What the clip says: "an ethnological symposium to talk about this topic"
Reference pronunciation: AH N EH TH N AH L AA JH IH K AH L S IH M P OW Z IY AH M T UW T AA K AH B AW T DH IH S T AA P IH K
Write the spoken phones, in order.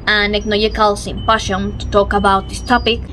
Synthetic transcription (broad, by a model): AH N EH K N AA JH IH K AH L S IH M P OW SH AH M T UW T AA K AH B AW T DH IH S T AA P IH K